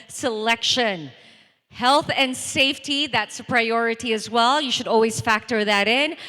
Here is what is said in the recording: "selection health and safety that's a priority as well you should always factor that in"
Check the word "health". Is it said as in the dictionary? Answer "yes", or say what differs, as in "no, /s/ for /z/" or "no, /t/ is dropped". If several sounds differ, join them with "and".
yes